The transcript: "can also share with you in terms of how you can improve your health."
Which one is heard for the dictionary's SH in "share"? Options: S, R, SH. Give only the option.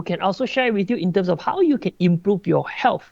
SH